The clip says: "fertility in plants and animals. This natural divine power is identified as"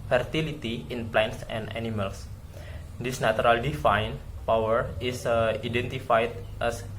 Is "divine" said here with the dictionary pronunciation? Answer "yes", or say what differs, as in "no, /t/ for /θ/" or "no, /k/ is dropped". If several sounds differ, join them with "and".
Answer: no, /f/ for /v/